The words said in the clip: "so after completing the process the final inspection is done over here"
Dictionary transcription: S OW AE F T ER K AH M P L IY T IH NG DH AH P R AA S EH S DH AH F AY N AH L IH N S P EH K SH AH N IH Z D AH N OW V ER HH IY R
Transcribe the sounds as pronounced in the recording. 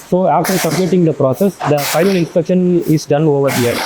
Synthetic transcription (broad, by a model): S OW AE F T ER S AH P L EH T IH NG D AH P R AA S EH S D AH F AY N AH L IH N S P EH K SH AH N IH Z D AH N OW V ER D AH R